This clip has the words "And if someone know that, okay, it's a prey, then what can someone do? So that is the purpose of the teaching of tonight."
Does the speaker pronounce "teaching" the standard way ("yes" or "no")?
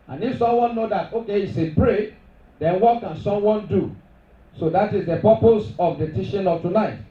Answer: no